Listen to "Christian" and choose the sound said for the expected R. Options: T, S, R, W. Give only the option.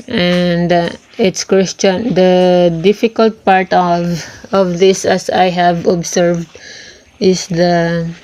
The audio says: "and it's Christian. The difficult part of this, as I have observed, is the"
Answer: W